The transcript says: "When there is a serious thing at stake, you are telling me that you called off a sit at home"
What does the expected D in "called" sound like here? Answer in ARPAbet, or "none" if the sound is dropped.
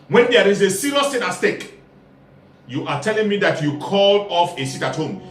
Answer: none